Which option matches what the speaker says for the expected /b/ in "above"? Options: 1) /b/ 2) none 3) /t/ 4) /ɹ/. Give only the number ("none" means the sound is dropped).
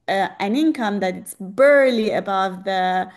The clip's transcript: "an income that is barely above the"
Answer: 1